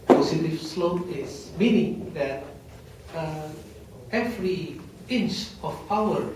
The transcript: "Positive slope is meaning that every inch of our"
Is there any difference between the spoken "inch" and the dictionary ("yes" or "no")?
no